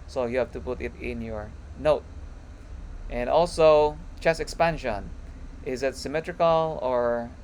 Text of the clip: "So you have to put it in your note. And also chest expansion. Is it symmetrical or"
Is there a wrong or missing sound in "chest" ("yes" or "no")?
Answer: yes